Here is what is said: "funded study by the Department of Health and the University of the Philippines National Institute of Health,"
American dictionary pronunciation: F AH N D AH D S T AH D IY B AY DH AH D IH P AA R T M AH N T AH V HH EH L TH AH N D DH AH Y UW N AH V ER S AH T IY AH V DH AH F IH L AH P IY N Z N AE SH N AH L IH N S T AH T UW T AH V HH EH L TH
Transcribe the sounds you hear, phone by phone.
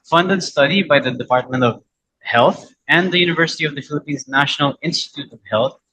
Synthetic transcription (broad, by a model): F AH N D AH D S T AH D IY B AY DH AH D IH P AA R T M AH N T AH V HH EH L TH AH N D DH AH Y UW N AH V ER S AH T IY AH V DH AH F IH L AH P IY N Z N AE SH N AH L IH N S T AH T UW T AH V HH EH L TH